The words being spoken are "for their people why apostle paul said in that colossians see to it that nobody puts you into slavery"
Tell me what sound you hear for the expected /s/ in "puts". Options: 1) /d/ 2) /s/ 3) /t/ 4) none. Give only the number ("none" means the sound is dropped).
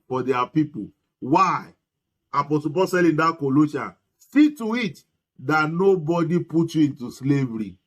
4